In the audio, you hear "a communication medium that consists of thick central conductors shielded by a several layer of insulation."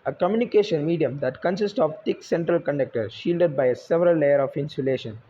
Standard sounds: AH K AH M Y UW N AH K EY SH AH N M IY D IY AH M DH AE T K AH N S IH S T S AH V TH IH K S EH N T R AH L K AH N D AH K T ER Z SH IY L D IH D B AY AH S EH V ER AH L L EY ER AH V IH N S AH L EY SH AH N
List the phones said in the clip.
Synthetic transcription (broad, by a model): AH K AH M Y UW N AH K EY SH AH N M IY D IY AH M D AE T K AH N S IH S T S AH V T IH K S EH N T R AH L K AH N D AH K T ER SH IY L D IH D B AY AH S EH V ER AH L L EY ER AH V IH N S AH L EY SH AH N